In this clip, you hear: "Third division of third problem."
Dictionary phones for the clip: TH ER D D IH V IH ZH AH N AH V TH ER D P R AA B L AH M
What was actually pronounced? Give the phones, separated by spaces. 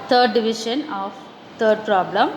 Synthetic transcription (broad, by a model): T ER D D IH V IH SH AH N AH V T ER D P R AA B L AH M